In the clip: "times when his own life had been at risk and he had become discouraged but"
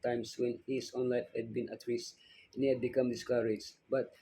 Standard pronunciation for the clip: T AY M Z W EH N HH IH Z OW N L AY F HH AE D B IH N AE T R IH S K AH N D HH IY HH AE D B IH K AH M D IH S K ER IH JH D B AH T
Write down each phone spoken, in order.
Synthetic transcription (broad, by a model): T AY M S W EH N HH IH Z OW N L AY F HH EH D B IH N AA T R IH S AH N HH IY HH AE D B IH K AH M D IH S K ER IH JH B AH T